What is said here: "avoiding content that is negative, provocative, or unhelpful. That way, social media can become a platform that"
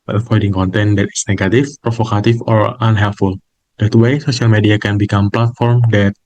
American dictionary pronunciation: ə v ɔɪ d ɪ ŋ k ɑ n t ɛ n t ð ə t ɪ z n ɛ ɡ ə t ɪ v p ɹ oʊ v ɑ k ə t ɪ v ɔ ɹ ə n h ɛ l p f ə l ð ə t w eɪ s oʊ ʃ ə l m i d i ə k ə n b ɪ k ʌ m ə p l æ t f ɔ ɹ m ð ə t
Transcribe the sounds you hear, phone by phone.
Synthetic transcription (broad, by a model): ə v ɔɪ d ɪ ŋ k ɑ n t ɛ n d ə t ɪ s n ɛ ɡ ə t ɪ f p ɹ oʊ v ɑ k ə t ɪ f ɔ ɹ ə n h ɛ l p f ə l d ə t w eɪ s oʊ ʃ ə l m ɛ d i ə k ə n b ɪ k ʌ m p l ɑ t f ɔ ɹ m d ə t